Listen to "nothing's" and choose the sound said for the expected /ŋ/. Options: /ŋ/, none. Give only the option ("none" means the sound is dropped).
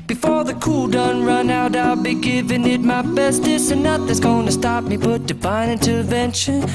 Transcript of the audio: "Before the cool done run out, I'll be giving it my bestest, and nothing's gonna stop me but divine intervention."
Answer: none